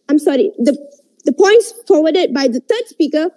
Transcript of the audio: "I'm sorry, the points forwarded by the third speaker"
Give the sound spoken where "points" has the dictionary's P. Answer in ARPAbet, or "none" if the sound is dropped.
P